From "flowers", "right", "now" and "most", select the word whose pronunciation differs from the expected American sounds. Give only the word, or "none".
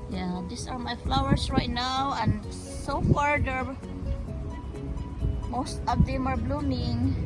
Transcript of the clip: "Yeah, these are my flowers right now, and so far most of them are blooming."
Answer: flowers